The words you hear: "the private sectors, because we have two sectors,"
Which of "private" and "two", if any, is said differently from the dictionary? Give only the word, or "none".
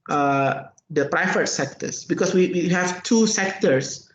private